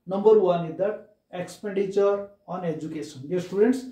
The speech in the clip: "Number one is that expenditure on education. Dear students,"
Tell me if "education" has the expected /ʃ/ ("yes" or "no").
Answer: no